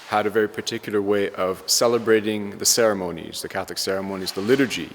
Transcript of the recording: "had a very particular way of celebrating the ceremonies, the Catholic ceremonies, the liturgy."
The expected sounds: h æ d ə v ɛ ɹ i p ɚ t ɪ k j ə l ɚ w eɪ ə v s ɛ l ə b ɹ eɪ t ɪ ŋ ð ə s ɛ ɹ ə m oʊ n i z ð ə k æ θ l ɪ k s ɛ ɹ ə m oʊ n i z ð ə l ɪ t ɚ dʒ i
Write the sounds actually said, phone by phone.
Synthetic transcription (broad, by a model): h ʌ d ə v ɛ ɹ i p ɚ t ɪ k j l ɚ w eɪ ə v s ɛ l ə b ɹ eɪ t ɪ ŋ ð ə s ɛ ɹ ə m oʊ n i z ð ə k æ θ l ɪ k s ɛ ɹ ə m oʊ n i z ð ə l ɪ t ɚ dʒ i